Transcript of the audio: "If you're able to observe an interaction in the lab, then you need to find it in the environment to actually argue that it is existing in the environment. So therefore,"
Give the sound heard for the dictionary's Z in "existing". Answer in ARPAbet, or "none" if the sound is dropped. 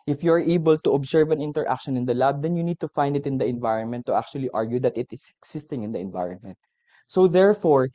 S